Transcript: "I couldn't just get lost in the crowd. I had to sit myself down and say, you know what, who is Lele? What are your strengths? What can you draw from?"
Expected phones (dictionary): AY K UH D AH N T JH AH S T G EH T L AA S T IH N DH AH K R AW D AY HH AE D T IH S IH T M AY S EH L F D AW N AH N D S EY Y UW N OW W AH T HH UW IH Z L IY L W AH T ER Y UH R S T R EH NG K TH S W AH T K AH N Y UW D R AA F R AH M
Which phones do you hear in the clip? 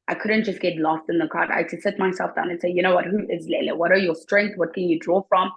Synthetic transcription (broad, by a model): AY K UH D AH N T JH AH S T G EH T L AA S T IH N DH AH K AW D AY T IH S IH T M AY S EH L F D AW N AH N S EY Y UW N OW W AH T HH UW IH Z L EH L W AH T ER Y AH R S T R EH NG K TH W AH T K AH N Y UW D R AA F R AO M